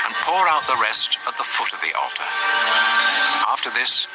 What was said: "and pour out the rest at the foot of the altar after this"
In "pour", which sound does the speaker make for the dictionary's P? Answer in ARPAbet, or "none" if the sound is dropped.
P